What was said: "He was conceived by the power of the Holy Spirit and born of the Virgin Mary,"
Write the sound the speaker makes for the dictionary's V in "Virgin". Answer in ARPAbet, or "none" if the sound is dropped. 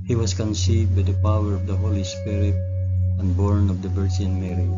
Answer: B